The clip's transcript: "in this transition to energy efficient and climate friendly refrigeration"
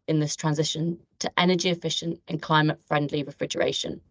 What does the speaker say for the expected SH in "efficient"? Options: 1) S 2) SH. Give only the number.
2